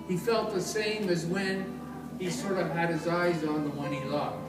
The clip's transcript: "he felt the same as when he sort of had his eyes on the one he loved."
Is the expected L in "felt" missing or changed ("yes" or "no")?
no